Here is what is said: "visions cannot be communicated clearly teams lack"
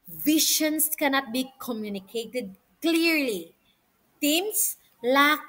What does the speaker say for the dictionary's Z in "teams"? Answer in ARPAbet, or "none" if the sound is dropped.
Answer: S